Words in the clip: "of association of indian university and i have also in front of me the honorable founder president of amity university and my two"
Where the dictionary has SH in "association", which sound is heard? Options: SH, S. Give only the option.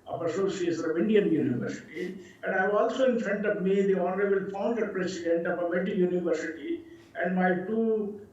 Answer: S